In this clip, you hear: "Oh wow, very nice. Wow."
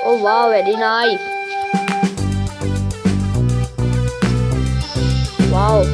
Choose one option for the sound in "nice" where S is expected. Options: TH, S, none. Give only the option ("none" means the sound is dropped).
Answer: none